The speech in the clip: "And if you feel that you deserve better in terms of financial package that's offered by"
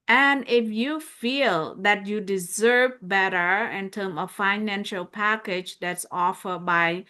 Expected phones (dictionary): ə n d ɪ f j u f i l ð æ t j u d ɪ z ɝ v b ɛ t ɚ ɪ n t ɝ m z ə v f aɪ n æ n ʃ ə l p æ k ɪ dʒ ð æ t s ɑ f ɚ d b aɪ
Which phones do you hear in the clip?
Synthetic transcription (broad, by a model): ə n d ɪ f j u f i l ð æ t j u d ɪ z ɝ v b ɛ t ɚ ɪ n t ɝ m ə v f aɪ n æ n ʃ ə l p æ k ɪ dʒ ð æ t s ɑ f ɚ d b aɪ